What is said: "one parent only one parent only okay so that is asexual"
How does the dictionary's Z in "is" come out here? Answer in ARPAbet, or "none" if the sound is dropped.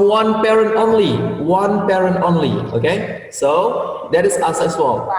S